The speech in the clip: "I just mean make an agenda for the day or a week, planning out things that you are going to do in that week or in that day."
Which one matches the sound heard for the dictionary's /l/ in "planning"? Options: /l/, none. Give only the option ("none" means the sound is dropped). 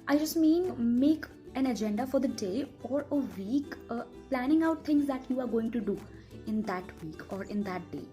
/l/